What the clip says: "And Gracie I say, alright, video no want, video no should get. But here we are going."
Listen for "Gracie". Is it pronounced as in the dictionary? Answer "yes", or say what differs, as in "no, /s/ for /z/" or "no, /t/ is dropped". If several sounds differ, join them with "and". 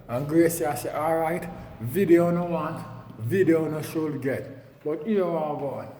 yes